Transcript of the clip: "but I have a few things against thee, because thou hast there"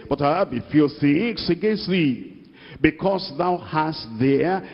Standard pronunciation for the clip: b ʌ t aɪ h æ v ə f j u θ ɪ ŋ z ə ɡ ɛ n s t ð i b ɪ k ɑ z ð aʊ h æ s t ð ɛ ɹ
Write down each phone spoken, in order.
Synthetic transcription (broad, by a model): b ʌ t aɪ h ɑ b ə f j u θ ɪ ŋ s ə ɡ ɛ n s t ð i b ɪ k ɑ s ð aʊ h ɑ s t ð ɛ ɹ